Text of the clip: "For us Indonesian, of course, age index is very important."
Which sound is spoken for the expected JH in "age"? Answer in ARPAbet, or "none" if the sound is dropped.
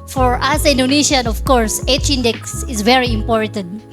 CH